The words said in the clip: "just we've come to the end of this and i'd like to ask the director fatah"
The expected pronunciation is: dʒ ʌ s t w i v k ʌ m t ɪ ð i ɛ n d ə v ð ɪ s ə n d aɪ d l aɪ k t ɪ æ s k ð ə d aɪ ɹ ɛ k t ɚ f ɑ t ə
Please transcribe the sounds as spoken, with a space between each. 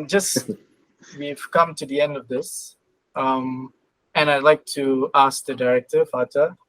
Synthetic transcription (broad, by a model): dʒ ʌ s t w i v k ʌ m t ɪ ð i ɛ n d ə v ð ɪ s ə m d aɪ d l aɪ k t ɪ æ s k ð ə d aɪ ɹ ɛ k t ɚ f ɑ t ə